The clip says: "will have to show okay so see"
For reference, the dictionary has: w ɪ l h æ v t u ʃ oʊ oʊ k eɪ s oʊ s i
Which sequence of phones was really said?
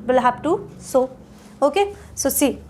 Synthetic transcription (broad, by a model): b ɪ l h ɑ p t u s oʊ oʊ k eɪ s oʊ s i